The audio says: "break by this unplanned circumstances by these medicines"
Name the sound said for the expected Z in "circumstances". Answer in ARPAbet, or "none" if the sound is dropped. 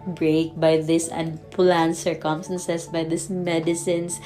S